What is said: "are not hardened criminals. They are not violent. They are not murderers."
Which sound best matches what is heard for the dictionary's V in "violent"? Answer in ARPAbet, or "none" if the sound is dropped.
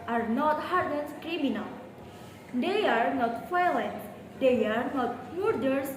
F